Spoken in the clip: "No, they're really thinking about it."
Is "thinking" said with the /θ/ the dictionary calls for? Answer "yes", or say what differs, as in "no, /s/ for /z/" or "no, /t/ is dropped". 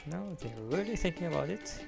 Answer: yes